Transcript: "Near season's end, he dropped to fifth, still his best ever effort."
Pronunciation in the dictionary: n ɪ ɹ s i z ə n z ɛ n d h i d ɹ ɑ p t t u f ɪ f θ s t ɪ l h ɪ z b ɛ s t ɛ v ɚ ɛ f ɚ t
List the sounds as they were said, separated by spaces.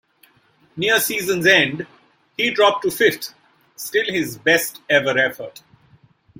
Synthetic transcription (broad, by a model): n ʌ ɹ s i z ə n z ɛ n d h i d ɹ ɑ p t t u f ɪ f t s t ɪ l h ɪ z b ɛ s t ɛ v ɚ ɛ f ɚ t